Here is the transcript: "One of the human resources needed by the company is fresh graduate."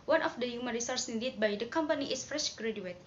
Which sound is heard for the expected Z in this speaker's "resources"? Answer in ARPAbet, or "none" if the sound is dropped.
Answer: none